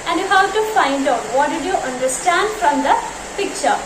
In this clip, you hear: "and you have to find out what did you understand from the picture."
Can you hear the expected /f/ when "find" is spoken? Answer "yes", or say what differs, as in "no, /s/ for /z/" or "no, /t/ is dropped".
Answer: yes